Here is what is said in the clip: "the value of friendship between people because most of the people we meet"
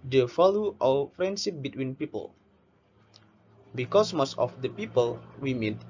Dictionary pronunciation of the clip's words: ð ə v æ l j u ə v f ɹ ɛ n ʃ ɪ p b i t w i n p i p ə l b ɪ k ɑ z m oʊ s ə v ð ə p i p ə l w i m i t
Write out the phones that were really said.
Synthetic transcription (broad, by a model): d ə f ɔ l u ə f ɹ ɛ n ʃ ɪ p b i t w i n p i p ə l b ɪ k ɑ s m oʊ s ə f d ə p i p ə l w i m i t